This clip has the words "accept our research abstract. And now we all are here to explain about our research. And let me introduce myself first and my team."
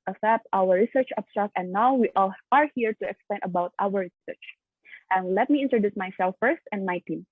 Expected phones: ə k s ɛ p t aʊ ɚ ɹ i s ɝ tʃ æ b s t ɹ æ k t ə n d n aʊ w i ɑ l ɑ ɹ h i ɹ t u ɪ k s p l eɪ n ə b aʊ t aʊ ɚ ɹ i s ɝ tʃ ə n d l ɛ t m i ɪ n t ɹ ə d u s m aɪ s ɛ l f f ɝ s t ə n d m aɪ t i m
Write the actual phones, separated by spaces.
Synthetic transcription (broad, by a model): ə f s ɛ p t aʊ ɚ ɹ i s ɝ tʃ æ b s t ɹ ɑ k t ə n n aʊ w i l ɑ ɹ h i ɹ t u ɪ k s p l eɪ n ə b aʊ t aʊ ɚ ɹ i s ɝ tʃ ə n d l ɛ t m i ɪ n t ɹ ə d u s m aɪ s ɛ l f f ɝ s t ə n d m aɪ t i m